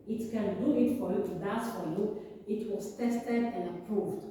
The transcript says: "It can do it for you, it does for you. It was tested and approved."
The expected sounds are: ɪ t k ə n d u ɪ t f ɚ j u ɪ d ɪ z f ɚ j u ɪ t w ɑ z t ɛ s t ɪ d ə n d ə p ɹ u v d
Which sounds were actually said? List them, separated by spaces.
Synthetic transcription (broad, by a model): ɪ t k ə n d u ɪ t f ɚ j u ɪ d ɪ s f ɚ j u ɪ t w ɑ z t ɛ s t ɪ d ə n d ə p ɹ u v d